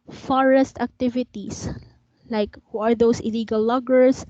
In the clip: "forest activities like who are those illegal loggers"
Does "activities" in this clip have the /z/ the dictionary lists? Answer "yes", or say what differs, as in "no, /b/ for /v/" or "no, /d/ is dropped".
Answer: no, /s/ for /z/